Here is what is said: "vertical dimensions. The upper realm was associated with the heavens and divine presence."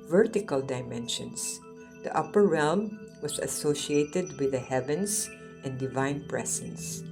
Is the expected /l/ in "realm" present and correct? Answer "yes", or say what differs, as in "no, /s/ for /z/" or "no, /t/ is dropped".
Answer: yes